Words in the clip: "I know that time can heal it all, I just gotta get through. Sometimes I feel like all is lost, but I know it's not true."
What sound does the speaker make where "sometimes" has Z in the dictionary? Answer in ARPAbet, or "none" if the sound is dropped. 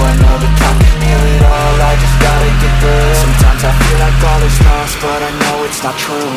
Z